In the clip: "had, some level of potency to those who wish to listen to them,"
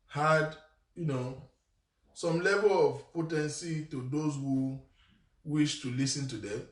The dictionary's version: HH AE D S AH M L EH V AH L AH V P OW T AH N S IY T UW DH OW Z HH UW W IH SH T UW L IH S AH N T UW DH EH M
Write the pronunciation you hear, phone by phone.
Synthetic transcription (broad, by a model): HH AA D S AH M L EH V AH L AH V P OW T AH N S IY T UW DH OW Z HH UW W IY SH T UW L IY S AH N T UW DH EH M